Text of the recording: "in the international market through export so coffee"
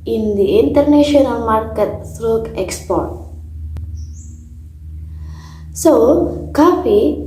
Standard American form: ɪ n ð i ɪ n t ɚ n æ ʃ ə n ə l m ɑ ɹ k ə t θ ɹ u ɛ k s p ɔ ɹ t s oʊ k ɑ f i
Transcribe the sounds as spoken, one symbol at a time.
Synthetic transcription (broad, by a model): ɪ n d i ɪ n t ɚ n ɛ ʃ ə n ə l m ɑ ɹ k ə t s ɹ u ɛ k s p ɔ ɹ t s oʊ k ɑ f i